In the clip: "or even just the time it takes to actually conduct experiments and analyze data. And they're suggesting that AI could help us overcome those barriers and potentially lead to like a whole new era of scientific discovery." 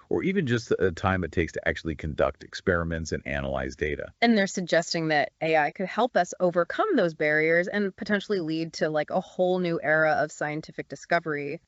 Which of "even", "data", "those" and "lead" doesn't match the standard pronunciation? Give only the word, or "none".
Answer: none